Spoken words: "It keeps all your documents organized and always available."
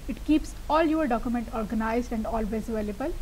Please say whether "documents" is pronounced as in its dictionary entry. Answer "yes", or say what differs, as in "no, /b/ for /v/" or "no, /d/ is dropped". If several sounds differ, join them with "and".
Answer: no, /s/ is dropped